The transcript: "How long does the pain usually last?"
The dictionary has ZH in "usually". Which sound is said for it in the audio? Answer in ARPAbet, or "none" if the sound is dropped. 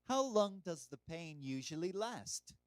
ZH